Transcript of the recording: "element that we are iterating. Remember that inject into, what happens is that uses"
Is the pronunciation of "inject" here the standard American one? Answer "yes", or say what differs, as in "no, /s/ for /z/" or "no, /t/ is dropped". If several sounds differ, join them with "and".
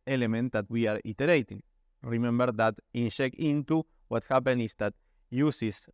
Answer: no, /ʃ/ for /dʒ/ and /t/ is dropped